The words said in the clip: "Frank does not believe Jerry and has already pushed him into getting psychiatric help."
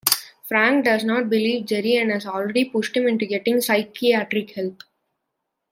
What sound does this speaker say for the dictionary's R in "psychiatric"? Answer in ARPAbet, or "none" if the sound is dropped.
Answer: R